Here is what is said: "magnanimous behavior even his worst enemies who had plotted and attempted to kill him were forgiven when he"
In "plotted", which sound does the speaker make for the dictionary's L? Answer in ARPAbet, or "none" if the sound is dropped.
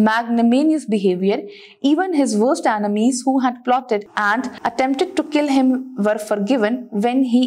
L